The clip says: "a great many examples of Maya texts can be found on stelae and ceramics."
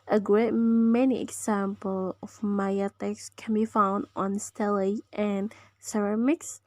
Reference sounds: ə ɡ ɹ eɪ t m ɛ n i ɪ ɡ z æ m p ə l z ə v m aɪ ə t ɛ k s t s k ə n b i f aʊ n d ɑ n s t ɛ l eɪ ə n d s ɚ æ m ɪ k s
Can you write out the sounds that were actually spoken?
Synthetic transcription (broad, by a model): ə ɡ ɹ eɪ t m ɛ n i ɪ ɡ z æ m p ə l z ə v m aɪ ə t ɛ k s s k ə n b i f aʊ n d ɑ n s t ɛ l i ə n s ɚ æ m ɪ k s